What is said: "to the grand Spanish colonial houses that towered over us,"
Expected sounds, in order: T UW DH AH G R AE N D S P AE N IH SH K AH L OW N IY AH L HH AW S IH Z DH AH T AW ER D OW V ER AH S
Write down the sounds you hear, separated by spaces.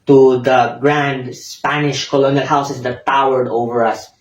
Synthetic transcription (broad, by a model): T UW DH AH G R AE N D S P AE N IH SH K AH L OW N IY AH L HH AW S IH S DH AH T AW ER D OW V ER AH S